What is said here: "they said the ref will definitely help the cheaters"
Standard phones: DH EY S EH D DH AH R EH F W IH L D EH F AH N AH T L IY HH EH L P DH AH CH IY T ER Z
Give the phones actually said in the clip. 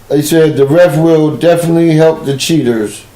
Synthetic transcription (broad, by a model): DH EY S EH D DH AH R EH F W IH L D EH F AH N AH T L IY HH EH L P DH AH CH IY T ER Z